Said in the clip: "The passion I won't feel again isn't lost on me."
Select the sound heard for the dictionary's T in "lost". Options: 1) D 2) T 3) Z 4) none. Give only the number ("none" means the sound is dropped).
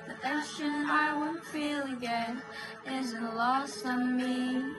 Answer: 4